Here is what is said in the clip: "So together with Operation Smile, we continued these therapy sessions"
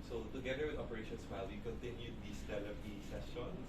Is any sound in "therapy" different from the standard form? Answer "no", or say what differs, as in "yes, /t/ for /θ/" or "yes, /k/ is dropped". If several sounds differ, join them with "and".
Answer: yes, /l/ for /ɹ/